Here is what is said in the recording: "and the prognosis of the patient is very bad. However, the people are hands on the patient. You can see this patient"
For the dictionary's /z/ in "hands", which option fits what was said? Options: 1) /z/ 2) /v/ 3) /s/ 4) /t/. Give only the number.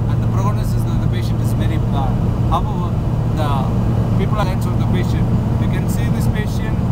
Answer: 3